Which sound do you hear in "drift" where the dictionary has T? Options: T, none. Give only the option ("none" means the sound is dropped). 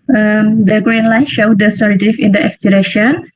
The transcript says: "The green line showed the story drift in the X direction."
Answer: none